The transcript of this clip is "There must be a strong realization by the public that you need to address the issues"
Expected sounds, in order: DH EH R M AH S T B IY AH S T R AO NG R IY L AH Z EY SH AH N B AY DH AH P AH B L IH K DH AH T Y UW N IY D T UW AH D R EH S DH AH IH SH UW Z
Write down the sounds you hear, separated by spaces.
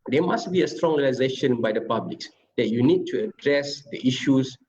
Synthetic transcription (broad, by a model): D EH M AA S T B IY AH S T R AO NG R IY L AH Z EY SH AH N B AY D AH P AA B L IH K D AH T Y UW N IY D T UW AH D R EH S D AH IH SH UW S